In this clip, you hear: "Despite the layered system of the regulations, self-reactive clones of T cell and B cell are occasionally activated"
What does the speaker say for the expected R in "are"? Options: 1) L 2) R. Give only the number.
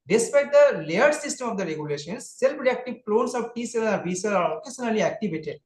1